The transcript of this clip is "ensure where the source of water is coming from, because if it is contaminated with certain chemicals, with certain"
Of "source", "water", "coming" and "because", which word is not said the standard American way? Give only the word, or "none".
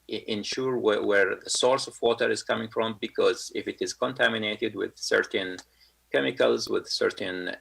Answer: none